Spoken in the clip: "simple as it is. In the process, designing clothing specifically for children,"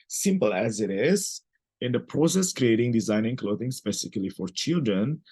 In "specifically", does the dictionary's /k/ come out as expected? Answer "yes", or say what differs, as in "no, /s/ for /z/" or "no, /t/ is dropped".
no, /k/ is dropped